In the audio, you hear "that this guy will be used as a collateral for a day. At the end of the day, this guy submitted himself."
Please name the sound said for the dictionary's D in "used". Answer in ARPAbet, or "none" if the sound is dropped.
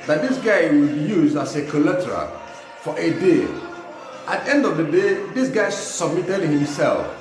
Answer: none